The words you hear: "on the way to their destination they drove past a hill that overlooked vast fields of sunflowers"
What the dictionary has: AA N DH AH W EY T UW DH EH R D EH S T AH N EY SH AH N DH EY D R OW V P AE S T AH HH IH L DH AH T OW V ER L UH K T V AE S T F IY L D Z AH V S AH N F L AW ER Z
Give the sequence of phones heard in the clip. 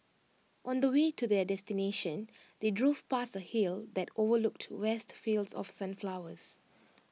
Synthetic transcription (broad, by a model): AA N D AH W EY T UW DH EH D EH S T AH N EY SH AH N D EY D R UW F P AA S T AH HH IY L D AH T OW V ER L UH K T W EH S T F IY L D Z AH F S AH N F L AW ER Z